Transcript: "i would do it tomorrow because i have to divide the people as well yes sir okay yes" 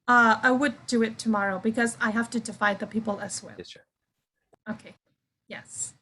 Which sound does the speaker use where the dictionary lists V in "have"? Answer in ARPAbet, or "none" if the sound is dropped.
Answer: F